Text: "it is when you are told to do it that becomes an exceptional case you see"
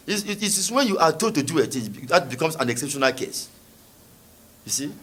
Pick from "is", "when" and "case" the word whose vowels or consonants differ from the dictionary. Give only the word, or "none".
is